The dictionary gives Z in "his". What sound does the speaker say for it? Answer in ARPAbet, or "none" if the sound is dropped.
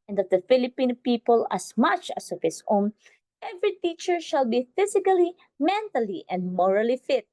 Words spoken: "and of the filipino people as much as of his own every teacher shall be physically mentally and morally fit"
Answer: S